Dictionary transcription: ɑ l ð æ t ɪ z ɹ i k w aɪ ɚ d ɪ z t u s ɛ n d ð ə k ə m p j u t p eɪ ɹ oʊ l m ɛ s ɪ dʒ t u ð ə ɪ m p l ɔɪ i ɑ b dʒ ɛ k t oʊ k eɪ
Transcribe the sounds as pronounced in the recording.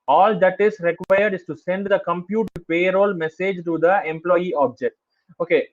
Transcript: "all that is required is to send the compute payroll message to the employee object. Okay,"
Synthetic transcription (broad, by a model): ɑ l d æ t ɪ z ɹ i k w aɪ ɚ d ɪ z t u s ɛ n d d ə k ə m p j u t p eɪ ɹ oʊ l m ɛ s ɪ dʒ t u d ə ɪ m p l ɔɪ i ɑ b dʒ ɛ k t oʊ k eɪ